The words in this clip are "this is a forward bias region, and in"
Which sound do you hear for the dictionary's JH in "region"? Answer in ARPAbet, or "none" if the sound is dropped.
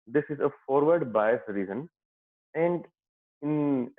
Z